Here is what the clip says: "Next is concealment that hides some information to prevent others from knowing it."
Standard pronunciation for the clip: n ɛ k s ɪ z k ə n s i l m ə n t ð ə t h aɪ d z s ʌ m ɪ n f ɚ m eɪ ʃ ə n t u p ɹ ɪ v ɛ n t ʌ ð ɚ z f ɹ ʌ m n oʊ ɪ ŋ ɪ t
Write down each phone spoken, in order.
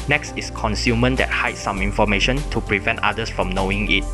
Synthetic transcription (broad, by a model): n ɛ k s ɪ s k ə n s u m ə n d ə t h aɪ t s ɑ m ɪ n f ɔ m eɪ ʃ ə n t u p ɹ ɪ v ɛ n t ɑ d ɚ s f ɹ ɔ m n oʊ ɪ ŋ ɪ t